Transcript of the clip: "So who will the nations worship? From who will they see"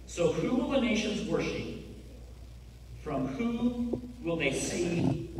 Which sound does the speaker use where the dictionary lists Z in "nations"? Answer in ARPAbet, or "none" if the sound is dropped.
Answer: Z